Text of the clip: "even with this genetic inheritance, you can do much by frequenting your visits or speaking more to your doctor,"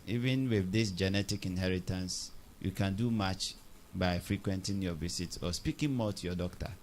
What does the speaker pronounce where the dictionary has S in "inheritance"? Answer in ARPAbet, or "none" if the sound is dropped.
S